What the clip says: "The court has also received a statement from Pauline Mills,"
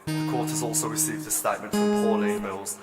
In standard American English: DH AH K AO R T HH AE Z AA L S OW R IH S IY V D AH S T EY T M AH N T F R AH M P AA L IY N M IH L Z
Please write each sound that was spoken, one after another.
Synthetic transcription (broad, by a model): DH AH K AO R T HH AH Z AA L S OW R IH S IY V D AH S T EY T M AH N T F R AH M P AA N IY M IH L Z